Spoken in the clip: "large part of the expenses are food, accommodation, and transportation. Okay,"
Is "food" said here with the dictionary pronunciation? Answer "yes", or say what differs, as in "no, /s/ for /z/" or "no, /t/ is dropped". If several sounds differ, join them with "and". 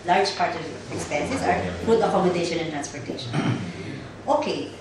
no, /p/ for /f/